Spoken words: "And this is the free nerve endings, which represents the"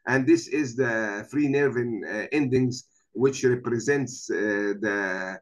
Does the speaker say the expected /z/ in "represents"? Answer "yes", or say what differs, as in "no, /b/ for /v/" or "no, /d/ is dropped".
yes